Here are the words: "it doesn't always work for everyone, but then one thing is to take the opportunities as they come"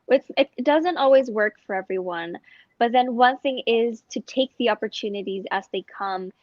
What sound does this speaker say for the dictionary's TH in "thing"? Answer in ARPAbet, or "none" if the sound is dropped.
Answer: TH